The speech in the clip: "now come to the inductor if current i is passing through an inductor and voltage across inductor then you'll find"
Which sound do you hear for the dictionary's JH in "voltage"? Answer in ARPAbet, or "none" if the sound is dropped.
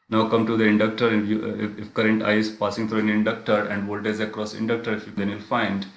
Z